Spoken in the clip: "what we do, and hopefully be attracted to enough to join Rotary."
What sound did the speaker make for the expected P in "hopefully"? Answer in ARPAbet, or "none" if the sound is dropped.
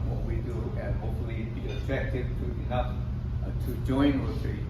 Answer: none